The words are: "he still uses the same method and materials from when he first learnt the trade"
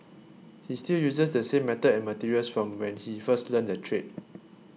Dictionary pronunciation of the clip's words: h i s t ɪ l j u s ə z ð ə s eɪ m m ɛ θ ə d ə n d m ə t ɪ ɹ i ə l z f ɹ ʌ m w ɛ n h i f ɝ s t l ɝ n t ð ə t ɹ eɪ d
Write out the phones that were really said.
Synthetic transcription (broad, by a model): h i s t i l j u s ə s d ə s eɪ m m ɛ t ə ə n m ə t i ɹ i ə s f ɹ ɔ m w ɛ n h i f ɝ s t l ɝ n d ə t ɹ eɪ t